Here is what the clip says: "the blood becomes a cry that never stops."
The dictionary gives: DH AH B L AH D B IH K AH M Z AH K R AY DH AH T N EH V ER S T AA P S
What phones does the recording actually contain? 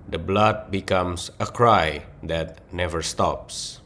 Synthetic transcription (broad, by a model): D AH B L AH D B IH K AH M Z AH K R AY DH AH T N EH V ER S T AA P S